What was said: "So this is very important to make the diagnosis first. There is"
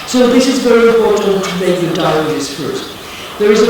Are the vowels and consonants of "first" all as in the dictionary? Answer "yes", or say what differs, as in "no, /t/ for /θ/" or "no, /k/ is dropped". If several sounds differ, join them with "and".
no, /s/ is dropped